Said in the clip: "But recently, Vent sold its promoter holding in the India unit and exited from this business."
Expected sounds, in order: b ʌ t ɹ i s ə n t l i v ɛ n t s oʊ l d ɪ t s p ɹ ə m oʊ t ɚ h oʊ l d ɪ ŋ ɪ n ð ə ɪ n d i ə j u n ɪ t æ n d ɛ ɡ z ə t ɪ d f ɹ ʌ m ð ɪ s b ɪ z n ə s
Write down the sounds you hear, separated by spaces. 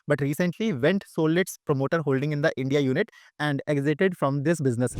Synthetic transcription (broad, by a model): b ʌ t ɹ i s ə n t l i v ɛ n t s oʊ l ɪ t s p ɹ ə m oʊ t ɚ h oʊ l d ɪ ŋ ɪ n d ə ɪ n d i ə j u n ɪ t æ n d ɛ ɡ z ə t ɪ d f ɹ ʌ m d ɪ s b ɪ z n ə s